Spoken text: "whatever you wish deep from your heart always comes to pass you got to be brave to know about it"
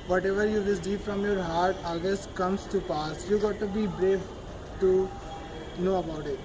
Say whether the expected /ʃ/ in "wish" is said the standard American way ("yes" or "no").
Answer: no